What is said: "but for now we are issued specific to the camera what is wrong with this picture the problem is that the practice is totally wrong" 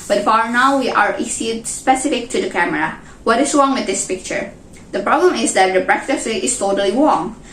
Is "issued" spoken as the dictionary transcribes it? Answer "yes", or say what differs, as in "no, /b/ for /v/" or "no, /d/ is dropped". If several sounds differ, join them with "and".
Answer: no, /s/ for /ʃ/